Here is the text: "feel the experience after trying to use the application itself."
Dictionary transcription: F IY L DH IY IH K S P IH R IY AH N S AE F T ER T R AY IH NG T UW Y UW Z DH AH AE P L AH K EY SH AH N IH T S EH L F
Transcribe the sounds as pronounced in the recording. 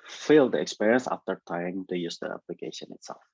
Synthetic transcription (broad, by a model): F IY L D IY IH K S P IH R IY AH N S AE F T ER T AY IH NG T UW Y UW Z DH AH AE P L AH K EY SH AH N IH T S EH L F